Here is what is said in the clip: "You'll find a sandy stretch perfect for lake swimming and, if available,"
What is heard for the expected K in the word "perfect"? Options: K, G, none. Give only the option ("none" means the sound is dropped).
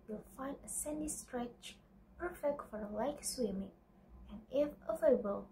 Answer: K